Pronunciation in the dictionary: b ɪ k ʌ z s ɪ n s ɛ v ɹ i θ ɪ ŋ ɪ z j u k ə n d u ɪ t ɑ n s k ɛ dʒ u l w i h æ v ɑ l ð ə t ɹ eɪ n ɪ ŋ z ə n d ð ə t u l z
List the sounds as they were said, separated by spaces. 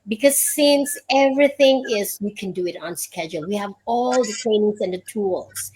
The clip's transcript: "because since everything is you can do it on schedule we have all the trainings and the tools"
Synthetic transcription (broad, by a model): b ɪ k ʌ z s ɪ n s ɛ v ɹ i θ ɪ ŋ ɪ z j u k ə n d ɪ ɪ t n s k ɛ dʒ u l w i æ v ɑ l ð ə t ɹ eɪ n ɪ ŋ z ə n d ð ə t u l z